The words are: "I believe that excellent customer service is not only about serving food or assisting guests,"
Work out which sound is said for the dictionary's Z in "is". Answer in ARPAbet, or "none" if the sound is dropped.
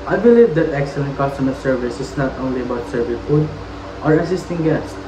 S